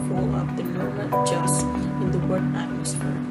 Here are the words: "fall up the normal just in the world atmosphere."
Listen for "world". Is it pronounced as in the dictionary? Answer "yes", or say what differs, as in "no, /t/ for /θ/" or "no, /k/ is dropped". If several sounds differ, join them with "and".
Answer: no, /l/ is dropped